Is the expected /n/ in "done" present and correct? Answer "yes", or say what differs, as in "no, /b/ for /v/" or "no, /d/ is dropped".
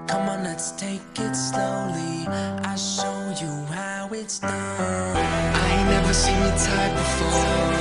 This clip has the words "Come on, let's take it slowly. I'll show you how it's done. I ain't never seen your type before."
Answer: no, /n/ is dropped